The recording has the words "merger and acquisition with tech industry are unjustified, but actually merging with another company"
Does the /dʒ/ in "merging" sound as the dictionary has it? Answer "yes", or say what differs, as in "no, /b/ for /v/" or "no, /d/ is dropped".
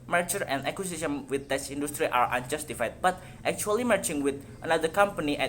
no, /tʃ/ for /dʒ/